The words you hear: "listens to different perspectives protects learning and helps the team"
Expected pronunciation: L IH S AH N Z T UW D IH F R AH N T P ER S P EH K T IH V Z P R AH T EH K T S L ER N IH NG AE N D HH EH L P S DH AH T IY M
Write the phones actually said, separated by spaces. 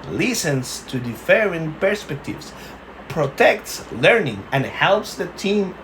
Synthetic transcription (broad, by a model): L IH S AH N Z T UW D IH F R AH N P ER S P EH K T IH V S P R AH T EH K T S L ER N IH NG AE N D HH EH L P S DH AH T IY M